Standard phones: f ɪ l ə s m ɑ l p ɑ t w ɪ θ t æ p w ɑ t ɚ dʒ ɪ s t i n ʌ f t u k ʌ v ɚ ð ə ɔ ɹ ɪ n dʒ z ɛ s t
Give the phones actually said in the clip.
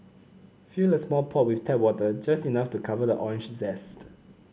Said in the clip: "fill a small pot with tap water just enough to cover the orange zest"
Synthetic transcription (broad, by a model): f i l ə s m ɑ l p ɑ t w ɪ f t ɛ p w ɑ t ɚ dʒ ɪ s t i n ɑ f t u k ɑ v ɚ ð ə ɔ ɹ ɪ n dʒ z ɛ s t